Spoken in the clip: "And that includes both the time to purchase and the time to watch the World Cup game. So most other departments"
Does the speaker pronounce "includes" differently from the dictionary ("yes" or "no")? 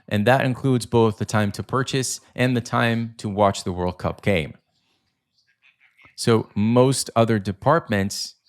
no